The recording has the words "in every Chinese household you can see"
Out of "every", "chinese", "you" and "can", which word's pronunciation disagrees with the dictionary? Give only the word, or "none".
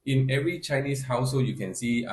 chinese